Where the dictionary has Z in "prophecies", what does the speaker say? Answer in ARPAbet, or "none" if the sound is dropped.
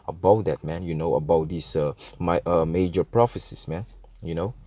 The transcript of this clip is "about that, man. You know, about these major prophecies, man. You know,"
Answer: S